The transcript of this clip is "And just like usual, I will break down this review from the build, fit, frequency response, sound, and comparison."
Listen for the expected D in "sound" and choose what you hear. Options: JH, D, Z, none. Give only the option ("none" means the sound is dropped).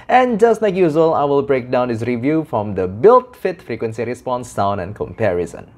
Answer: none